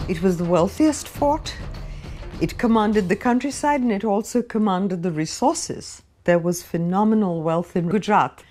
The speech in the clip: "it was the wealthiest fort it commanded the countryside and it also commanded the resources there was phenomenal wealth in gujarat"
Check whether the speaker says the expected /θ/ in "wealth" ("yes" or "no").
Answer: yes